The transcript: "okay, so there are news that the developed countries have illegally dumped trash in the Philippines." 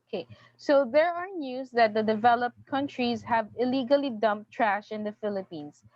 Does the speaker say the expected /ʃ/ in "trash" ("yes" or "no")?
yes